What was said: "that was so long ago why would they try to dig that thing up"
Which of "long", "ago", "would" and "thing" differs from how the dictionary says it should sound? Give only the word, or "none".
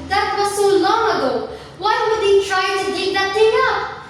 thing